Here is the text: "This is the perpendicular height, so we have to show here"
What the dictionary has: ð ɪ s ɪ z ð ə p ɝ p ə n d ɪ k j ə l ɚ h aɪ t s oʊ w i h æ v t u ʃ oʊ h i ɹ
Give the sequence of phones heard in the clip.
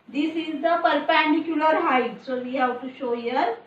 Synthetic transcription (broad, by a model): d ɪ s ɪ z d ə p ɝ p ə n d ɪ k j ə l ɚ h aɪ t s oʊ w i h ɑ w t u ʃ oʊ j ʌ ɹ